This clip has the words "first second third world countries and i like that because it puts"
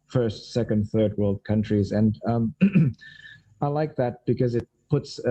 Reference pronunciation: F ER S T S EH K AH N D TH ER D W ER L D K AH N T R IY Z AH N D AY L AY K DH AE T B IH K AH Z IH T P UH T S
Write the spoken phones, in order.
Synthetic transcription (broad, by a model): F ER S T S EH K AH N D TH ER D W ER L D K AH N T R IY Z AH N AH AY L AY K DH AE T B IH K AH Z IH T P UH T S